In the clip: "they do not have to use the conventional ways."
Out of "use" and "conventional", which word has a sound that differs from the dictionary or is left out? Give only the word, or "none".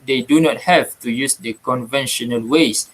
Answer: none